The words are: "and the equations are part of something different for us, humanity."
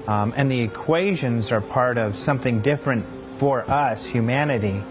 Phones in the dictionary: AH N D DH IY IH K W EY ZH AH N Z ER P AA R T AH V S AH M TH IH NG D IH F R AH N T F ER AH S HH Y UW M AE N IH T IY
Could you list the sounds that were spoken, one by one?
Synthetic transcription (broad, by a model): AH N DH IY IH K W EY ZH AH N Z ER P AA R T AH V S AH M TH IH NG D IH F R AH N T F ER AH S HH Y UW M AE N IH T IY